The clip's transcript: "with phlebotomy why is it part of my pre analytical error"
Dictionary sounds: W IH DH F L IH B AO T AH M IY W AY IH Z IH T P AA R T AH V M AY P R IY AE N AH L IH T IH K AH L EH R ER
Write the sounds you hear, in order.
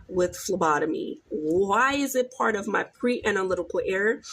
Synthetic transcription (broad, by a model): W IH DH F L IH B AO T AH M IY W AY IH Z IH T P AA R T AH V M AY P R IY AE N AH L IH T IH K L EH R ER